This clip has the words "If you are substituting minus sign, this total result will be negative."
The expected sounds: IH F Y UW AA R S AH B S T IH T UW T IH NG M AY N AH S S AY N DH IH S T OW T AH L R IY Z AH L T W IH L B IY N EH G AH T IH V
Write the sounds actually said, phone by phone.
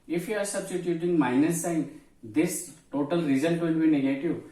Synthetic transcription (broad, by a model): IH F Y UW AA R S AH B S T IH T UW T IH NG M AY N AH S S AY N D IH S T OW T AH L R IY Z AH N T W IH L B IY N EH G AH T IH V